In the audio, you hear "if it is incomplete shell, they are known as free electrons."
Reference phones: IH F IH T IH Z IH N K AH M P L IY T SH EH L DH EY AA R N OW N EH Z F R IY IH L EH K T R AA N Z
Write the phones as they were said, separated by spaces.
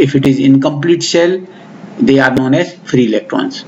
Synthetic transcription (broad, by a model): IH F IH T IH Z IH N K AH M P L IY T S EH L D EY AA R N OW N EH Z F R IY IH L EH K T R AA N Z